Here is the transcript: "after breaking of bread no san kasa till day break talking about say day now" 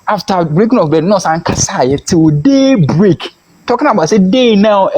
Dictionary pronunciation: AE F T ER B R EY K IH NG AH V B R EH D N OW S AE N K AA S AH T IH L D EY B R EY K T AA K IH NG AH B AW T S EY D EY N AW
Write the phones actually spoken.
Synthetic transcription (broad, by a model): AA F T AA B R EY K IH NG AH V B EH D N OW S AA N K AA S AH T IH L D EY B R EY K T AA K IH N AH B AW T S EY D EY N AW